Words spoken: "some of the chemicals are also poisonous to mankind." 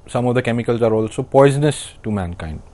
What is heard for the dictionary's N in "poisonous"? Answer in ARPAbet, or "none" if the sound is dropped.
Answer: N